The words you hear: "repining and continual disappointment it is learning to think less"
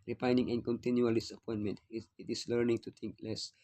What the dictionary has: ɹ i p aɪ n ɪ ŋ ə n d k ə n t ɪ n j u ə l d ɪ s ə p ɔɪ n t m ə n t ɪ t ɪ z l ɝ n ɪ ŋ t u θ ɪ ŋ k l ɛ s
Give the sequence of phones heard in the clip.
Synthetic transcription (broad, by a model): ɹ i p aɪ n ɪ ŋ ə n k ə n t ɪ n j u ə l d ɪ s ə p ɔɪ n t m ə n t ɪ t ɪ s l ɝ n ɪ ŋ t u t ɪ ŋ k l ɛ s